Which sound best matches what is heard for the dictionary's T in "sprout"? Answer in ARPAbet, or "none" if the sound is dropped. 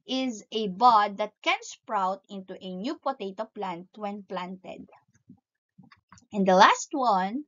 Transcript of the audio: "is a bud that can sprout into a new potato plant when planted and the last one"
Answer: T